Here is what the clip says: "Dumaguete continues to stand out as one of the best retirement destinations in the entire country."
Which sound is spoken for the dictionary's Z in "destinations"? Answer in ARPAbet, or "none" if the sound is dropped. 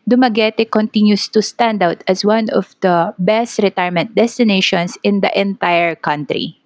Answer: S